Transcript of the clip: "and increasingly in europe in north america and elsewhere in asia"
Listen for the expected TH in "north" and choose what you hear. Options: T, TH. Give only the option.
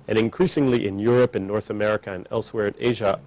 TH